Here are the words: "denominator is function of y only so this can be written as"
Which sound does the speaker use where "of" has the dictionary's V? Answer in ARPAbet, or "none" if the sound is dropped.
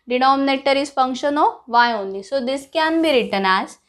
V